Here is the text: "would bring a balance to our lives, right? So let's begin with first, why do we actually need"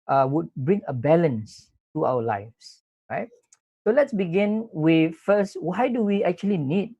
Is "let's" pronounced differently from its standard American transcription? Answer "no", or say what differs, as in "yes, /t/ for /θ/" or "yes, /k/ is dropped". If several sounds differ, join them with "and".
no